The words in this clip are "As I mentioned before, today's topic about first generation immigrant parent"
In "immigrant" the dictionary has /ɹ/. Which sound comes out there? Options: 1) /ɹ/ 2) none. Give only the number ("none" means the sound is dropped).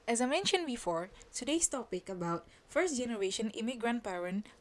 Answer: 1